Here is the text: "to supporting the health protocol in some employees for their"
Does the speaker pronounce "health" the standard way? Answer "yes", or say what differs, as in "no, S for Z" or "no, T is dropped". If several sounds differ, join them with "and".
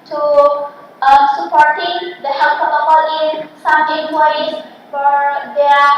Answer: no, S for TH